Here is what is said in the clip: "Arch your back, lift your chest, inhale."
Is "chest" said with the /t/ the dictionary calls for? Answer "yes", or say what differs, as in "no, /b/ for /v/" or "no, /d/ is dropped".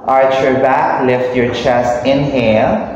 yes